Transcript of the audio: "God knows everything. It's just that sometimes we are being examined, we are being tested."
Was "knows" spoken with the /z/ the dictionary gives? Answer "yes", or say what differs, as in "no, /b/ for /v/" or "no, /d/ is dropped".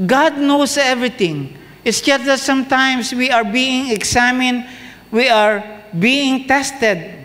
no, /s/ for /z/